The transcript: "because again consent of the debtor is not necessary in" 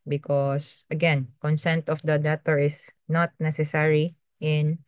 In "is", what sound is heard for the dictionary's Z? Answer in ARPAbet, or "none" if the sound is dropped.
S